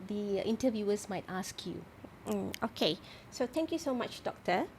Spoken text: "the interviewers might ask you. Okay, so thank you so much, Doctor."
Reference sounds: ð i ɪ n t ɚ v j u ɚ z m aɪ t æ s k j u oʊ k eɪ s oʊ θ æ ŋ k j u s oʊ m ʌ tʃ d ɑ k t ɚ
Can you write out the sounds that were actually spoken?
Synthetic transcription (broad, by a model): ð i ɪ n t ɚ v j u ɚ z m aɪ t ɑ s k j u oʊ k eɪ s oʊ t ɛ ŋ k j u s oʊ m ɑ tʃ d ɑ k t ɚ